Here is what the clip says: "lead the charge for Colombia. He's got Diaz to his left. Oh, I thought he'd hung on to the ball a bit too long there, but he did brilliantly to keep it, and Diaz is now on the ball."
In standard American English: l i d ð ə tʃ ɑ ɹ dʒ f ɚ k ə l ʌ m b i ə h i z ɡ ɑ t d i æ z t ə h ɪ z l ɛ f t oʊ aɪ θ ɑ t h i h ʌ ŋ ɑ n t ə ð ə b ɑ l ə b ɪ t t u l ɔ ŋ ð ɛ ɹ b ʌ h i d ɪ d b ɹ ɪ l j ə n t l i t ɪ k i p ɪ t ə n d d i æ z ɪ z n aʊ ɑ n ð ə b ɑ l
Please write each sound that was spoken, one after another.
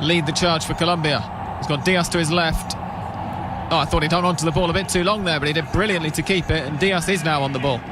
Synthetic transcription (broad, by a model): l i d ð ə tʃ ɑ ɹ dʒ f ɚ k ə l ʌ m b i ə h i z ɡ ɑ t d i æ s t ə ɪ z l ɛ f t oʊ aɪ θ ɑ t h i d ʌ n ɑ n t ə ð ə b ɑ l ə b ɪ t t u l ɔ ŋ ð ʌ ɹ b ʌ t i d ɪ d b ɹ ɪ l j ə n t l i t ɪ k i p ɪ t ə n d d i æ s ɪ z n aʊ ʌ n ð ə b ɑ l